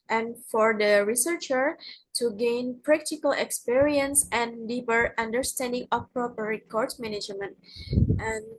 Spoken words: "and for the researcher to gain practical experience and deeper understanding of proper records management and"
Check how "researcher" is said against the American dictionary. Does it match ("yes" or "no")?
yes